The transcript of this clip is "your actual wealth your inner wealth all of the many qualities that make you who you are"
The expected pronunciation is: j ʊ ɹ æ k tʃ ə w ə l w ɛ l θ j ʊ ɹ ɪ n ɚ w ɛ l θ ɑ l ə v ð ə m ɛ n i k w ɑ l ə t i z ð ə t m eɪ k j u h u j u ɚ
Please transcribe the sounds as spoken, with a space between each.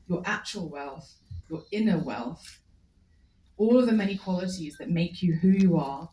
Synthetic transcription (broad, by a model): j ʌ ɹ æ k tʃ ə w ə l w ɛ l θ j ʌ ɹ ɪ n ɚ w ɛ l θ ɑ l ə v ð ə m ɛ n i k w ɑ l ə t i z ð ə t m eɪ k j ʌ h u j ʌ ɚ